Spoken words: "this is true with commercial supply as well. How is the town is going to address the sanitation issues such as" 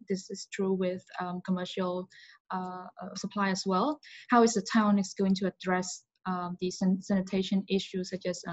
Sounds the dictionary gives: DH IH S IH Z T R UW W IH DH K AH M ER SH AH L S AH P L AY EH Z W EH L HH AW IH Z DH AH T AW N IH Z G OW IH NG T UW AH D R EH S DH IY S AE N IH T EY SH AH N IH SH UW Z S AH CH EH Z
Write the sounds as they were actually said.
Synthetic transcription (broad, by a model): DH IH S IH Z T R UW W IH DH K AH M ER SH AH L S AH P L AY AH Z W EH L HH AW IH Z DH AH T AW N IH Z G OW IH NG T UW AH D R EH S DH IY S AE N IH T EY SH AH N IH SH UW S AH CH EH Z